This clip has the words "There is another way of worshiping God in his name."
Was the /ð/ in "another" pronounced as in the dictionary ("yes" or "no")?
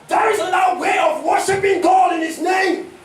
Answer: no